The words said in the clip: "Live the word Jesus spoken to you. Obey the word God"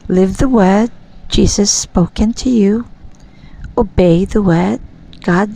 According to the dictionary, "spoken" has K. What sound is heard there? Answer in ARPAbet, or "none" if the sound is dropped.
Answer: K